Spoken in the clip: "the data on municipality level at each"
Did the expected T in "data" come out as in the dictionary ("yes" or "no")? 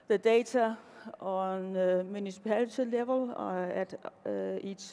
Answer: no